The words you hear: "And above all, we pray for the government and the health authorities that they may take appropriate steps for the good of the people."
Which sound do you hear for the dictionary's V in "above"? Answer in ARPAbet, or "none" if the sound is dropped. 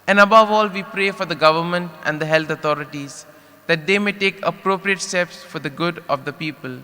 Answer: V